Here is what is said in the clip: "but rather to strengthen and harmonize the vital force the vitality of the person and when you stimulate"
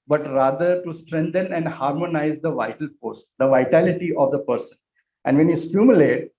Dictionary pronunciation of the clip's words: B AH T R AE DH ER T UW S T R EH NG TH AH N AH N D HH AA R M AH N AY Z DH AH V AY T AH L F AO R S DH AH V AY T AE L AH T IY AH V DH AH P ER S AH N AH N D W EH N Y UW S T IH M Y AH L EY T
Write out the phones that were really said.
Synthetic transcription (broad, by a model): B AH T R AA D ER T UW S T R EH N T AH N AH N D HH AA R M AH N AY Z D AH V AY T AH L F AO R S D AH V AY T AE L AH T IY AH V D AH P ER S AH N AH N D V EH N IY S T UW M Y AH L EY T